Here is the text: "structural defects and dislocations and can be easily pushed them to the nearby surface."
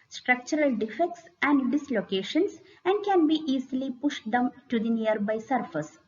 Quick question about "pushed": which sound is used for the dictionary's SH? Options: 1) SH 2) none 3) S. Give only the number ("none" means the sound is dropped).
1